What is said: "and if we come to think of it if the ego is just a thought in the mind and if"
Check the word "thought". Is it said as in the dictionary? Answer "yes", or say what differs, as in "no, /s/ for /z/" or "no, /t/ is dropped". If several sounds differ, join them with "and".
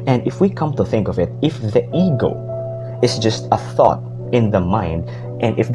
yes